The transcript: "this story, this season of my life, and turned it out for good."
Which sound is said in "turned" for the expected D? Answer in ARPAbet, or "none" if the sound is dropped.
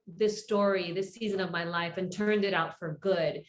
D